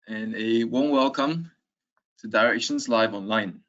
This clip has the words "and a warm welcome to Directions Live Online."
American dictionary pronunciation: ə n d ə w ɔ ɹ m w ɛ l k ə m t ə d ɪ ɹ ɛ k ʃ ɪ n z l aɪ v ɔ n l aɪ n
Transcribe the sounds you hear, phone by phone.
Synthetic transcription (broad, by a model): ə n ə w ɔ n w ɛ l k ə m t ə d ɪ ɹ ɛ k ʃ ɪ n z l aɪ v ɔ n l aɪ n